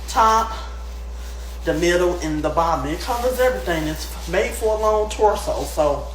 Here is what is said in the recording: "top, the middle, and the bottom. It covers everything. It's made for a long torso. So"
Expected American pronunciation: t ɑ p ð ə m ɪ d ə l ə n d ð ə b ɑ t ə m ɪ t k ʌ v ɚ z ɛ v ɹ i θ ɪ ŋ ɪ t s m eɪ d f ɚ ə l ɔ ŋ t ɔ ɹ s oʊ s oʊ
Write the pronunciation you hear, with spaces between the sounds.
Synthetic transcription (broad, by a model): t ɑ p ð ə m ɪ d l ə n ð ə b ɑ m ɪ t k ʌ v ɚ z ɛ v ɹ i θ ɪ ŋ ɪ t s m eɪ d f ɚ ə l ɔ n t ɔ ɹ s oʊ s oʊ